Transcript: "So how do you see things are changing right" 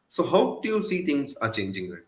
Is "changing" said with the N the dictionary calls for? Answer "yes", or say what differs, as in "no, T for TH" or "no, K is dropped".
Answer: yes